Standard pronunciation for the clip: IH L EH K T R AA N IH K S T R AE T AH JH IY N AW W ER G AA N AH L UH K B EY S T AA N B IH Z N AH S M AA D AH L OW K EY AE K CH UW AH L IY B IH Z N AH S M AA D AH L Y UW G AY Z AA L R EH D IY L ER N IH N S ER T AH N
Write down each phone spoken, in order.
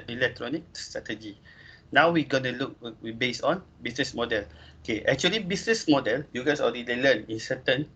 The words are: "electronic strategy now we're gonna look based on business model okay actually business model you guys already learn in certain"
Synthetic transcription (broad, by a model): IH L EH K T R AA N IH K S T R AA T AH JH IY N AW W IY G AA N AH L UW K B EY S AA N B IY S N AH S M AA D AH L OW K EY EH K CH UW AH L IY B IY S N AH S M AA D AH L Y UW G AY S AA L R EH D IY L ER N IH N S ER T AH N